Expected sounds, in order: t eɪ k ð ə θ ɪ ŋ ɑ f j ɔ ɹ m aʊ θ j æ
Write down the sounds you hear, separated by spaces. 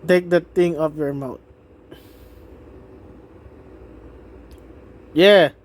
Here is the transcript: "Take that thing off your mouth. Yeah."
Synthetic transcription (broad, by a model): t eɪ k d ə t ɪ ŋ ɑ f j ɔ ɹ m aʊ t j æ